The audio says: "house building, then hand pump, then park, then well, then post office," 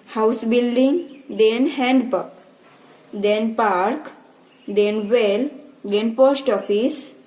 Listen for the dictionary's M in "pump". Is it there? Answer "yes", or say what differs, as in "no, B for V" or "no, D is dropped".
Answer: no, M is dropped